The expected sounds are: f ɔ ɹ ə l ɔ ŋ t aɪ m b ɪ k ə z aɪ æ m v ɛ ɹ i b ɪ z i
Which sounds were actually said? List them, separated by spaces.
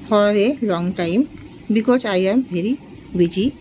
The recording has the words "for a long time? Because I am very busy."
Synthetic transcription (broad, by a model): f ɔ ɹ ə l ɔ ŋ t aɪ m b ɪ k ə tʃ aɪ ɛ m b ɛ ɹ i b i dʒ i